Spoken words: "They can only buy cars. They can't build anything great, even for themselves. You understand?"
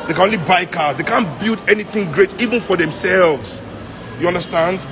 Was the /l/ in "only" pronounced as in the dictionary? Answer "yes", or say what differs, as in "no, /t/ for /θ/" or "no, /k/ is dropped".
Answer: yes